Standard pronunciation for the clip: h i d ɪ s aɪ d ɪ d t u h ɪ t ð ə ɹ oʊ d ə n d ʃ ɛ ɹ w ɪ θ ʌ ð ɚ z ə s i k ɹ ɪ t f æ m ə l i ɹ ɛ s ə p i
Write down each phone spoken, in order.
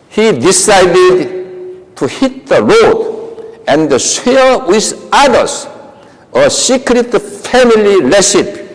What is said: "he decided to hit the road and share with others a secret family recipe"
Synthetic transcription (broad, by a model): h i d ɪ s aɪ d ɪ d t u h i t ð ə l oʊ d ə n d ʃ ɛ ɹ w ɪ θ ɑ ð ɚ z ə s i k ɹ ɪ t f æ m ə l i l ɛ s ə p